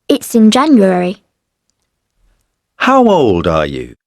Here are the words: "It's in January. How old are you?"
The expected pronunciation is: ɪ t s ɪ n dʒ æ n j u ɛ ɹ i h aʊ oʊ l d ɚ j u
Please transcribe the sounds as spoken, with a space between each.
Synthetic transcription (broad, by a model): ɪ t s ɪ n dʒ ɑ n j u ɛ ɹ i h aʊ oʊ l d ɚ j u